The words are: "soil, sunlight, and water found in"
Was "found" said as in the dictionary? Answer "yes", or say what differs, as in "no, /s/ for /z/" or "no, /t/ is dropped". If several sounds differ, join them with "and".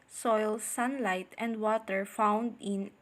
yes